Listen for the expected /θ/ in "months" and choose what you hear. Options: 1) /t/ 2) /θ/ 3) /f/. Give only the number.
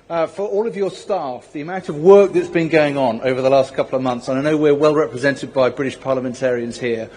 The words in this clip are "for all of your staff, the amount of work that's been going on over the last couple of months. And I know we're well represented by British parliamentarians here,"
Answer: 2